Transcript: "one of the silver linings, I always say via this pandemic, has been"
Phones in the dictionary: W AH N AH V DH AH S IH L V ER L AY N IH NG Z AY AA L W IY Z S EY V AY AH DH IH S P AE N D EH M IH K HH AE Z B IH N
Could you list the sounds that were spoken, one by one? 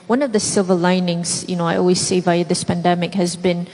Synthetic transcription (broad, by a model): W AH N AH V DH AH S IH L V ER L AY N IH NG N AY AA L W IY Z S EY V AY AH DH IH S P AE N D EH M IH K HH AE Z B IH N